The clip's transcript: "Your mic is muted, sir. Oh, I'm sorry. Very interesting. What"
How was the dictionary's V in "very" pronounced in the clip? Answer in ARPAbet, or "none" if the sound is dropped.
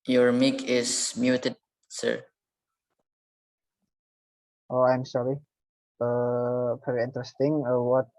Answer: P